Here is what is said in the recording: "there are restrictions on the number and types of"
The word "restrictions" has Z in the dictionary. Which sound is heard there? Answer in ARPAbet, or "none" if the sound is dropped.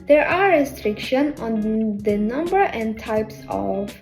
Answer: none